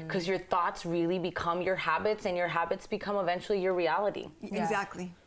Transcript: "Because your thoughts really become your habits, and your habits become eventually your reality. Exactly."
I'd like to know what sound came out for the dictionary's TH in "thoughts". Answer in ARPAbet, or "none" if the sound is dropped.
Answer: TH